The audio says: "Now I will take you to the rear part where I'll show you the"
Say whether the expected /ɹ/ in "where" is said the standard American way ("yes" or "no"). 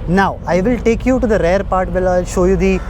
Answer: no